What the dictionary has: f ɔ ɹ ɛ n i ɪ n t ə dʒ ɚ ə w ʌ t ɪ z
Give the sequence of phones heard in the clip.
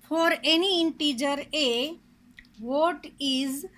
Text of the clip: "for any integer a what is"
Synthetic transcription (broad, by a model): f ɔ ɹ ɛ n i ɪ n t ə dʒ ɚ ə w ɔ t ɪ z